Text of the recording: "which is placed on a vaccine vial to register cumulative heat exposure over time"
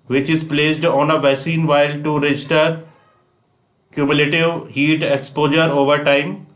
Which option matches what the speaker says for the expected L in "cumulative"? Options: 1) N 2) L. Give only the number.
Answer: 2